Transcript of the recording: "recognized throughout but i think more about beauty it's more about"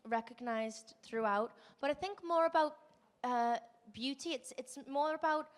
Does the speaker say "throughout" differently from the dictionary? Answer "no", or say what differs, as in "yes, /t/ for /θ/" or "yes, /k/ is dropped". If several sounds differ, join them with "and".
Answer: no